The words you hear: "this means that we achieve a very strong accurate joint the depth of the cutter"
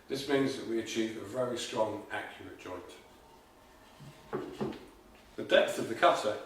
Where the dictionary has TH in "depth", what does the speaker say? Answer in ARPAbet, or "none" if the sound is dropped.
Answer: TH